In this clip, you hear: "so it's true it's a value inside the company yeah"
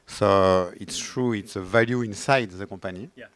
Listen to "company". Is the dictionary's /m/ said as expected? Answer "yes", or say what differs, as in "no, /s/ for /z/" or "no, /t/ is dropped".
no, /m/ is dropped